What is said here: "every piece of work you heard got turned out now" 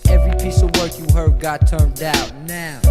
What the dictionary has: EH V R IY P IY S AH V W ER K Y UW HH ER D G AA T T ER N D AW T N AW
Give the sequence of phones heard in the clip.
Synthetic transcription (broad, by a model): EH V R IY P IY S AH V W ER K Y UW HH ER D G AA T T ER N D AW T N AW